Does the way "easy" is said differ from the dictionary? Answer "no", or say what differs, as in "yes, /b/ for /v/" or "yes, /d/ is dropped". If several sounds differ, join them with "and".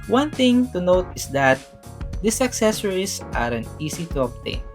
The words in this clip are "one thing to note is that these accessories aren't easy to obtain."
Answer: yes, /s/ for /z/